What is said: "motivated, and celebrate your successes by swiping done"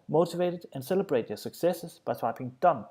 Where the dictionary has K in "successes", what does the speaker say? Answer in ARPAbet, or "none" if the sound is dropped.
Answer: K